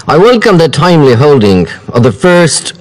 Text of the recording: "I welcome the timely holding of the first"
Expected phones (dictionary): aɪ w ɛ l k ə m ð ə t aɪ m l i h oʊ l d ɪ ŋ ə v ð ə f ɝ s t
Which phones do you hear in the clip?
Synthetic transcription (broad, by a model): aɪ w ɛ l k ə m ð ə t aɪ m l i h oʊ l d ɪ ŋ ə v ð ə f ɝ s t